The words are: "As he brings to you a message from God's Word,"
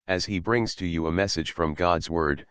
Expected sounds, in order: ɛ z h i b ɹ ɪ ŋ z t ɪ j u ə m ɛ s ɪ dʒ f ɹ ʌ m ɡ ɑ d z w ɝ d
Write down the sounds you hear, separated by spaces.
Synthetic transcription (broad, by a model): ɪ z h i b ɹ ɪ ŋ z t ɪ j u ə m ɛ s ɪ dʒ f ɹ ʌ m ɡ ɑ d z w ɝ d